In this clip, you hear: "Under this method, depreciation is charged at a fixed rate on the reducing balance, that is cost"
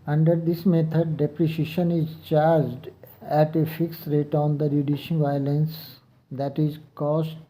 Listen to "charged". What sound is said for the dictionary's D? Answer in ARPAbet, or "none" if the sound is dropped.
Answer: D